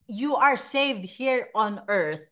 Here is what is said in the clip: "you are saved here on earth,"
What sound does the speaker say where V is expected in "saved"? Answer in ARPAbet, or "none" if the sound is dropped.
V